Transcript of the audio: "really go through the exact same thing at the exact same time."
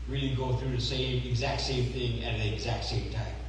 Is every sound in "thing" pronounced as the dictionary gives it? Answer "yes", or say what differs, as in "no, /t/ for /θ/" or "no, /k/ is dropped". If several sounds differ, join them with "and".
yes